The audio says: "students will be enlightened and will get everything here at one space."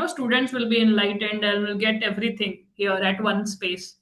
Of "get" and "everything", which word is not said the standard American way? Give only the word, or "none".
everything